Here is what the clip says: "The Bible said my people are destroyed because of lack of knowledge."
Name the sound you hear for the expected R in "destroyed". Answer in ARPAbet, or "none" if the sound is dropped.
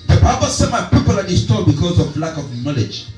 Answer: none